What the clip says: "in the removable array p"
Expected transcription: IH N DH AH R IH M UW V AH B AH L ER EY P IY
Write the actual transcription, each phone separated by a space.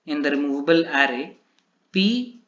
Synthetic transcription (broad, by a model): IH N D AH R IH M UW B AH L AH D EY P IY